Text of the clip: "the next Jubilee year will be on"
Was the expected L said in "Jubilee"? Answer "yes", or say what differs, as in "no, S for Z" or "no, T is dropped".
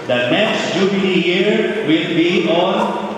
no, N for L